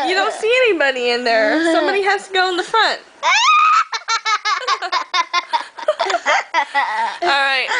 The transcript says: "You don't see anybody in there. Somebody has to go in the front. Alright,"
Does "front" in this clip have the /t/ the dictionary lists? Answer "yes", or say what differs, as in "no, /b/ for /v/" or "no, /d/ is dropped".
yes